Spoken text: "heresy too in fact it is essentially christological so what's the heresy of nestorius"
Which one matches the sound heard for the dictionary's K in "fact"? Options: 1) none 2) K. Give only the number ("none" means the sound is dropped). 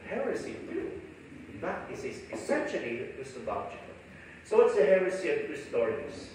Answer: 1